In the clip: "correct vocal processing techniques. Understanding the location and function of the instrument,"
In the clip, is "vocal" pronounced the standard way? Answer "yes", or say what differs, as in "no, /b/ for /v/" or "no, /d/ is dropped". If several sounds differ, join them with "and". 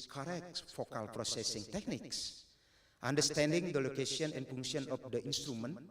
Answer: no, /f/ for /v/